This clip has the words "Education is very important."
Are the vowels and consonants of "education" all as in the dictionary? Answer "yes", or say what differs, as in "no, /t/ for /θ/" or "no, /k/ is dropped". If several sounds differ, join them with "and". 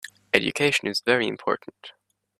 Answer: yes